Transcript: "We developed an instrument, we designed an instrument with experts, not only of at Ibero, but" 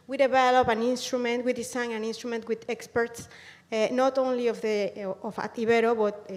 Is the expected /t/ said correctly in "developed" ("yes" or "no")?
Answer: no